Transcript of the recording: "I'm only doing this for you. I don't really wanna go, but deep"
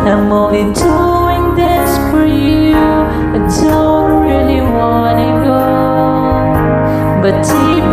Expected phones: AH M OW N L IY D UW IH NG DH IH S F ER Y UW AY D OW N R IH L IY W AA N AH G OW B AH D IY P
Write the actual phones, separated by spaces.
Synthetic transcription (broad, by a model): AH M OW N IY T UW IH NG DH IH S F ER Y UW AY D OW N R IH L IY W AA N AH G OW B AH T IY